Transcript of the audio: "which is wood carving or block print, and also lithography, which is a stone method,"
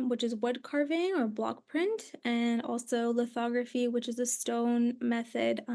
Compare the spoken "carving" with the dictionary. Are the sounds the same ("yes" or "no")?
yes